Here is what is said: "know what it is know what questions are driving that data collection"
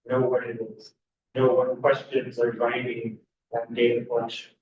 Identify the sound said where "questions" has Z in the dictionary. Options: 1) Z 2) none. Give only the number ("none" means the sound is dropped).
1